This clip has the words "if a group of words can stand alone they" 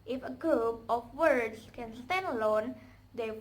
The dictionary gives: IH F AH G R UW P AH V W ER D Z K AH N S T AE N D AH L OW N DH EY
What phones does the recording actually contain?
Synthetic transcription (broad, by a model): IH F AH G UW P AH F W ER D S K AH N S T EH N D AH L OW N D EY